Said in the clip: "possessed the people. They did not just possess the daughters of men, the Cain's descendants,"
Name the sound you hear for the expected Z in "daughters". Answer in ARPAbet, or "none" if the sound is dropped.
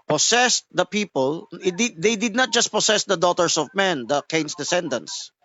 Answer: S